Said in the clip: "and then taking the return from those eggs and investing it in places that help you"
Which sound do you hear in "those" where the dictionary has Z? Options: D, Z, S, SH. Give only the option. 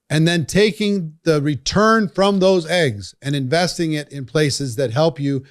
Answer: Z